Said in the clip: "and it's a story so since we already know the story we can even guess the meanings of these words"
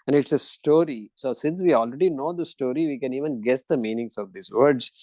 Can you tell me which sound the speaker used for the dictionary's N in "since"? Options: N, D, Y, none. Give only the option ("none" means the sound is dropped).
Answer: N